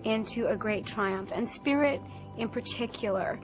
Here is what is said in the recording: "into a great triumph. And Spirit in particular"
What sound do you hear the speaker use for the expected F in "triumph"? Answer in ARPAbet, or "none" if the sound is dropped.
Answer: F